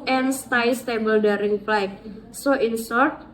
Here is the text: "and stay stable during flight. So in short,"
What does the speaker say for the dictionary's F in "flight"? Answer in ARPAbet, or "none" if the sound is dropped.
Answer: P